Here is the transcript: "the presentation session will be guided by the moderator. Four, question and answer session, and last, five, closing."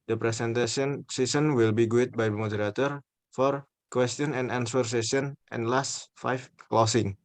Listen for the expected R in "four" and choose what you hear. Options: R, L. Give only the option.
R